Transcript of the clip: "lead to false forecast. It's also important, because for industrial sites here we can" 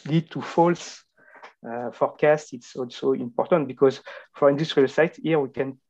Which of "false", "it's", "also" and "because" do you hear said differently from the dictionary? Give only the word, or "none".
none